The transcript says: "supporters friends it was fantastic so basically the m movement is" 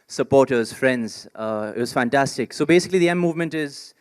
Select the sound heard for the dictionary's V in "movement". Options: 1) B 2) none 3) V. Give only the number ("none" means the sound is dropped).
3